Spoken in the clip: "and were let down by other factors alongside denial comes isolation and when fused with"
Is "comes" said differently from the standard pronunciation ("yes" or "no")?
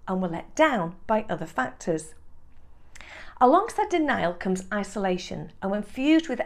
no